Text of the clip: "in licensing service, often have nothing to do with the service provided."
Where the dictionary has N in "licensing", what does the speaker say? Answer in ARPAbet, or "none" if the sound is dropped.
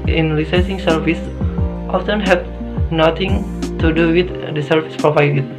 none